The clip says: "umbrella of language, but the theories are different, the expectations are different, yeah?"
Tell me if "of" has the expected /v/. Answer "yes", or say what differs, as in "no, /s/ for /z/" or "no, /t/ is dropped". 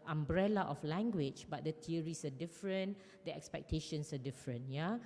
no, /f/ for /v/